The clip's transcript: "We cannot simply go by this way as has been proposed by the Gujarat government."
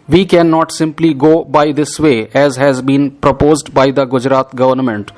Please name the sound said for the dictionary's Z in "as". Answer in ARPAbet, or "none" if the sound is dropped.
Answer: Z